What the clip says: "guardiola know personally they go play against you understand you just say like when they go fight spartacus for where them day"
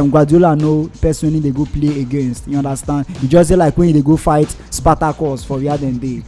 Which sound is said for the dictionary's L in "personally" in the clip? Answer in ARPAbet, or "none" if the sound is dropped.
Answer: N